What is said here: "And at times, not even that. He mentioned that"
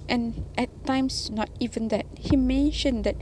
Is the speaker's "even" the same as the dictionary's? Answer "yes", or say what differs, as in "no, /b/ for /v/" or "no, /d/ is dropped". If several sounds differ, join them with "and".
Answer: yes